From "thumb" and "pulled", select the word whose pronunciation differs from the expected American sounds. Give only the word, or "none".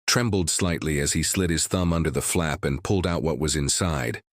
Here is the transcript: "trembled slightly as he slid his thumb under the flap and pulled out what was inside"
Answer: none